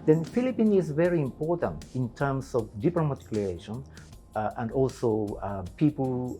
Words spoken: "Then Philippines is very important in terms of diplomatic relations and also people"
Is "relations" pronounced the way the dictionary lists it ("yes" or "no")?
no